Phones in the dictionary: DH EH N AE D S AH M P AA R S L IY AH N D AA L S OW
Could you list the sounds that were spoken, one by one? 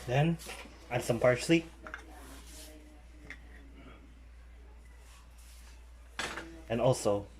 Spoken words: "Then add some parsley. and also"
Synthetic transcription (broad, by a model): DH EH N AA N S AH M P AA R SH L IY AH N AA L S OW